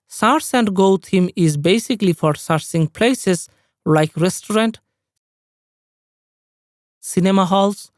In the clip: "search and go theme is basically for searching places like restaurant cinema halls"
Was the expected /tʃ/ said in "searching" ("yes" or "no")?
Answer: no